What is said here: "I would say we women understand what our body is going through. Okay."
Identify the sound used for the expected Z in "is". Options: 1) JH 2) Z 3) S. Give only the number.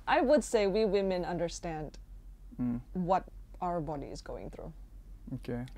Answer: 2